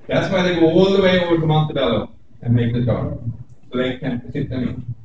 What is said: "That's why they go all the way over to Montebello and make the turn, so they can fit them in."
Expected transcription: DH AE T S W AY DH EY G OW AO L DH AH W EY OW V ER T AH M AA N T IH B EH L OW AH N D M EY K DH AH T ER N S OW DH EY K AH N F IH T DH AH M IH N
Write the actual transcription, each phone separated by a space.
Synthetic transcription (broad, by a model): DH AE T S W AY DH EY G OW AO L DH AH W EY OW V ER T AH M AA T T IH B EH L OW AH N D M EY K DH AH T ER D S OW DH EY K AH N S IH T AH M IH